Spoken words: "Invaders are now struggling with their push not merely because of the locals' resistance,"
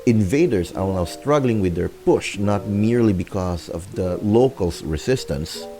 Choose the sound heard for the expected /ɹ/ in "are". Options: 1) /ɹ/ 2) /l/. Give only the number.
2